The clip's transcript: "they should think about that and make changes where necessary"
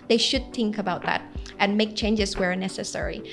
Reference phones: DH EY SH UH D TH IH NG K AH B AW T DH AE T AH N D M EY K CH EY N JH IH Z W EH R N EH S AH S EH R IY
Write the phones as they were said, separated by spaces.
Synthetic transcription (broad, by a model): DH EY SH UH D TH IH NG K AH B AW T DH AE T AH N M EY K CH EY N JH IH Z W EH R N EH S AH S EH R IY